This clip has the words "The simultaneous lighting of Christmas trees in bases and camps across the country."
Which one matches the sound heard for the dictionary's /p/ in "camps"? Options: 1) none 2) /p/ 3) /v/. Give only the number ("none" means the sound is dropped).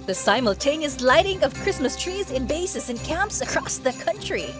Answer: 2